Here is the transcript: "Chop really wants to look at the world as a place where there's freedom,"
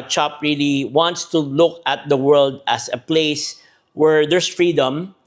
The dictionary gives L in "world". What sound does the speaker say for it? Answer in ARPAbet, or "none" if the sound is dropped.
L